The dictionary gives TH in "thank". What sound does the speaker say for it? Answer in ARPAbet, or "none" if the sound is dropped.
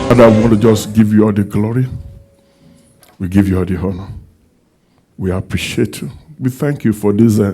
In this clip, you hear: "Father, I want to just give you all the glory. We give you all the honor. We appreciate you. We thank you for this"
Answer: TH